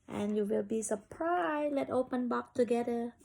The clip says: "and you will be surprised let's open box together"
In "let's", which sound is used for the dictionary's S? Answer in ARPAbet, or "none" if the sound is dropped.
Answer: none